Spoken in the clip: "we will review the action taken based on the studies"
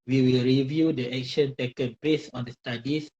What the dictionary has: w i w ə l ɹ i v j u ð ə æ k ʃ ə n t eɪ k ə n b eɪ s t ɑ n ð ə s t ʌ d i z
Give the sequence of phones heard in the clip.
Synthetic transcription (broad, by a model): w i w ə l ɹ i v j u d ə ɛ k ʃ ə n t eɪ k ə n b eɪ s ɑ n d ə s t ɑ d i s